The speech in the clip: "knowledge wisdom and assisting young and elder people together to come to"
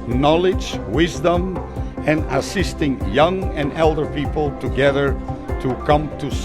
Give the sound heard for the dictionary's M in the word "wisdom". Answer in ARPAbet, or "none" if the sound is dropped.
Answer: M